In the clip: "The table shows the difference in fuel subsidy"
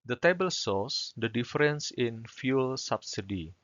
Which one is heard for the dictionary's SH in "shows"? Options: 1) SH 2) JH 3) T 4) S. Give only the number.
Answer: 4